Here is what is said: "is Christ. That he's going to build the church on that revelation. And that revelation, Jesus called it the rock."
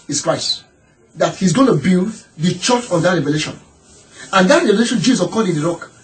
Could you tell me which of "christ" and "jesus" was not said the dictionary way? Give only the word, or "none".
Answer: jesus